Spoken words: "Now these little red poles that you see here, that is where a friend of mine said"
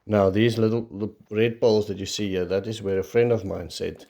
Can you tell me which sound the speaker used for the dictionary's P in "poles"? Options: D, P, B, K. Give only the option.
B